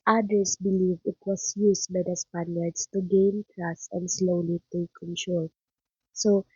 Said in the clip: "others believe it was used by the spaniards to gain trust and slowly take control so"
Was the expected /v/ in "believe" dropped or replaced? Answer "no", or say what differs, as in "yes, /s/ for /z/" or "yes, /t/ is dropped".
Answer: no